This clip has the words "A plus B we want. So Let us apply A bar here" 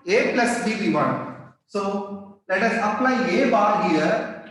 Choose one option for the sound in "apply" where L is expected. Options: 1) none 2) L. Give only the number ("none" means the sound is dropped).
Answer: 2